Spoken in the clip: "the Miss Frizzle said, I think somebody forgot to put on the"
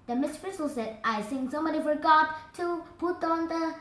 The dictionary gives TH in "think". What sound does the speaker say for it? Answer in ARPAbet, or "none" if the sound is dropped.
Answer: S